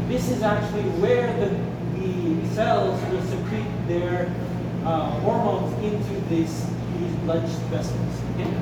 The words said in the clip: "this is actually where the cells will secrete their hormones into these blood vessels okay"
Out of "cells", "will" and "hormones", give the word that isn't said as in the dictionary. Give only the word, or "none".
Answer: none